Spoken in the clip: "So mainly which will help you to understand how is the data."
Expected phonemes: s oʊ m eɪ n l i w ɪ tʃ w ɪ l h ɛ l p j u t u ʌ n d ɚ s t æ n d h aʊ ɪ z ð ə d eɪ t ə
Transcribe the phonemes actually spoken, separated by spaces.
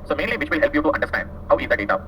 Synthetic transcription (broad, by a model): s oʊ m eɪ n l i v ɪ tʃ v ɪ l h ɛ l p j u t u ʌ n d ɚ s t æ n d h aʊ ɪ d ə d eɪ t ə